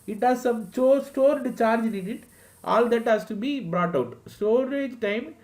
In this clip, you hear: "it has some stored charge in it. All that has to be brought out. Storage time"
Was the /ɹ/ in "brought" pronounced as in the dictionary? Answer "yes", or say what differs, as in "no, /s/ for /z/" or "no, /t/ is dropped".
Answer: yes